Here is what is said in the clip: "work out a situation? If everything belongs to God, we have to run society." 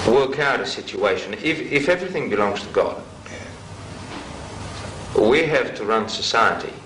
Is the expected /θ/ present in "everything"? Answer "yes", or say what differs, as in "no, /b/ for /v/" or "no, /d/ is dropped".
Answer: yes